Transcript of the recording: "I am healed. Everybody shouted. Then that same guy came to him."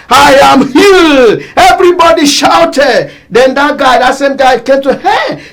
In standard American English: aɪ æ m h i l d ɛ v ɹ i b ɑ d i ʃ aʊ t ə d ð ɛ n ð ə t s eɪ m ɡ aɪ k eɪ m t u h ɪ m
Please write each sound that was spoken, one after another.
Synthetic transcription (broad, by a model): aɪ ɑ m h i l ɛ v ɹ i b ɑ d i ʃ aʊ t ə d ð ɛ n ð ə t s eɪ m ɡ aɪ k eɪ m t u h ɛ